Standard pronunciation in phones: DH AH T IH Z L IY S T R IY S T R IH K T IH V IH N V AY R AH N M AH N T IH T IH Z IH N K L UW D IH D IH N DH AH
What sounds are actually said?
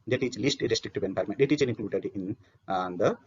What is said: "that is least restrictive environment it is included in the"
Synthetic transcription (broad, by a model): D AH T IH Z L IY S T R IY S T R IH K T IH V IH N P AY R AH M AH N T IH T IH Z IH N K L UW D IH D IH N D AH